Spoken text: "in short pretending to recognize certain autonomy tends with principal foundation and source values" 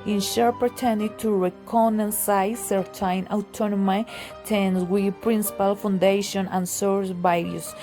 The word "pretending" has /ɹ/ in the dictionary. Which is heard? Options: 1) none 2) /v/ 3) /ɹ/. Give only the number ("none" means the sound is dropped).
1